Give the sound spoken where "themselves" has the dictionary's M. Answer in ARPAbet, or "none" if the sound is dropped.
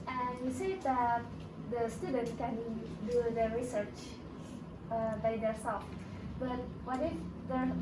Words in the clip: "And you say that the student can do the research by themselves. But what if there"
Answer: none